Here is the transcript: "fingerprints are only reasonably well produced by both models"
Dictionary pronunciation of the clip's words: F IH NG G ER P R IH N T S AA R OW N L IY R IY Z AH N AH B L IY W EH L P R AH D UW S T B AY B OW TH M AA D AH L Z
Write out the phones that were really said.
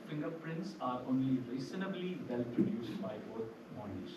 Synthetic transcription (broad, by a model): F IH NG G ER P R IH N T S AA R OW N L IY R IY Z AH N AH B L IY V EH L P R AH D UW S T B AY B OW T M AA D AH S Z